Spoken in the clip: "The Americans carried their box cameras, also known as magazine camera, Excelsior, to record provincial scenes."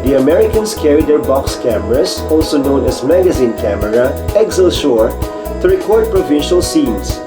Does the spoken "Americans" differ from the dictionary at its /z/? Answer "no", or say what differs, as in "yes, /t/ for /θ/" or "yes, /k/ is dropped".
yes, /s/ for /z/